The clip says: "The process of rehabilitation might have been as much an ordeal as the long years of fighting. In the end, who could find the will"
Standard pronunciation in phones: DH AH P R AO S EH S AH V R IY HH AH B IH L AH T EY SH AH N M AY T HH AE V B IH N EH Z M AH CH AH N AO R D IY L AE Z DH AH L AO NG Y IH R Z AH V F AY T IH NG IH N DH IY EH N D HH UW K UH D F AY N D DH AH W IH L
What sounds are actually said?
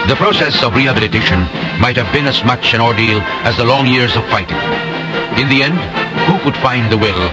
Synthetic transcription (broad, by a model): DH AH P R AO S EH S AH V R IY HH AH B IH L AH T EY SH AH N M AY T HH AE V B IH N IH Z M AH CH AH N AO R D IY L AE Z DH AH L AO NG Y IH R Z AH V F AY T IH NG IH N DH IY EH N D HH UW K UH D F AY N DH AH W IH L